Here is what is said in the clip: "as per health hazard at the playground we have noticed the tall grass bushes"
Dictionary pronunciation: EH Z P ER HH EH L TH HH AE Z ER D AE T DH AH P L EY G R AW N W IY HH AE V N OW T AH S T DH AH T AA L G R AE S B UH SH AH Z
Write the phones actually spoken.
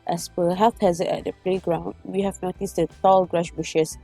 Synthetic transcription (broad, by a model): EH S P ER HH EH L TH HH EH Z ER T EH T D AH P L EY G R AW N W IY HH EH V N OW T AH S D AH T AA L G R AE SH B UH SH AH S